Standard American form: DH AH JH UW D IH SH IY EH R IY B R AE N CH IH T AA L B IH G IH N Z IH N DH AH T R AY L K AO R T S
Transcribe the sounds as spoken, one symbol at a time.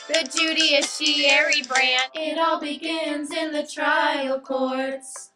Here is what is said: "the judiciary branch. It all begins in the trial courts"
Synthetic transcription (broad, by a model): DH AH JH UW D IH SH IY EH R IY B R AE N IH T AA L B IH G IH N Z IH N DH AH T R AY L K AO R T S